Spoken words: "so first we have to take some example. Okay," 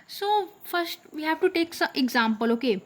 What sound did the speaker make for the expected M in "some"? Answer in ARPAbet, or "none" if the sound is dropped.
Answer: none